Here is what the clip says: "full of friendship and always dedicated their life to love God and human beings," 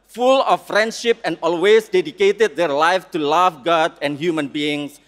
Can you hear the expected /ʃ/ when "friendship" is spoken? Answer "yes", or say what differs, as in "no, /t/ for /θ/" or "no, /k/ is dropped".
yes